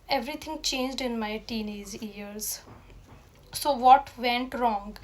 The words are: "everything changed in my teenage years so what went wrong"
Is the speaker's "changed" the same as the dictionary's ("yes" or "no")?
yes